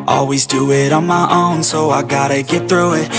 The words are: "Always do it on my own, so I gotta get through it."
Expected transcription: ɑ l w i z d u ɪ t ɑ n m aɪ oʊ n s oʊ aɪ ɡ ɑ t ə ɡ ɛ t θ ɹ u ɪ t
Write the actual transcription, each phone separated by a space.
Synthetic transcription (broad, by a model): ɑ l w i z d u ɪ t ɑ n m aɪ oʊ n s oʊ aɪ ɡ ɑ t ə ɡ ɛ t θ ɹ u ɪ t